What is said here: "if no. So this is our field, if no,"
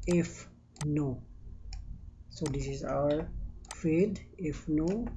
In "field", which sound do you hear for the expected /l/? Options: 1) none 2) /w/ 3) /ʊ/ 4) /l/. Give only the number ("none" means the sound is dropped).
1